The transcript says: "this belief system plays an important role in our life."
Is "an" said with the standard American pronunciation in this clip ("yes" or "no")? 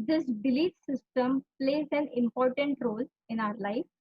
yes